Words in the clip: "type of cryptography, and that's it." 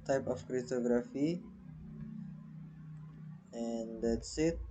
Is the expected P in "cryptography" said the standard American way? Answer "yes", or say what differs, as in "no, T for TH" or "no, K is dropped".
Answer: no, P is dropped